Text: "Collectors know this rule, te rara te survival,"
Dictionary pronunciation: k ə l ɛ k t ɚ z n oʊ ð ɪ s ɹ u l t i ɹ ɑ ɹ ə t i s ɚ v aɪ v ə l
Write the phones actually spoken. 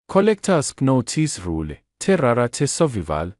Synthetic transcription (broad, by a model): k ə l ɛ k t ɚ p n oʊ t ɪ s ɹ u l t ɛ ɹ ɑ ɹ ə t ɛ s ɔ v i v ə l